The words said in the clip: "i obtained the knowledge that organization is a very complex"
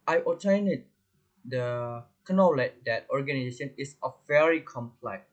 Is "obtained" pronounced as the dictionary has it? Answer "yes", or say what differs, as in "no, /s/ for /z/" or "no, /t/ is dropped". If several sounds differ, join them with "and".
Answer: no, /b/ is dropped